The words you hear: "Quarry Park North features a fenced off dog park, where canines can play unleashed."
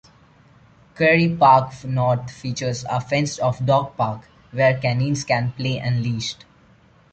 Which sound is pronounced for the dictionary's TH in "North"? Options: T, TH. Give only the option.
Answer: T